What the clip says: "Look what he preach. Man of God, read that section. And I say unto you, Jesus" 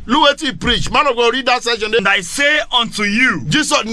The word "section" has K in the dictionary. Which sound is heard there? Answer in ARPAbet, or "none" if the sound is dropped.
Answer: none